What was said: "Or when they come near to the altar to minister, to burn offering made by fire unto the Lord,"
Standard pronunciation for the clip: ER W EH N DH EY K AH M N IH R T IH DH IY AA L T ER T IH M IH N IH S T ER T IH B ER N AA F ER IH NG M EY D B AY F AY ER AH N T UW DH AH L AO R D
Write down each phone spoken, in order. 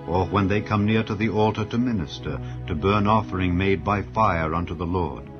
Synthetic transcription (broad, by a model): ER W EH N DH EY K AH M N IH R T IH DH IY AA L T ER T IH M IH N IH S T ER T IH B ER N AA F ER IH NG M EY D B AY F AY ER AH N T UW DH AH L AO R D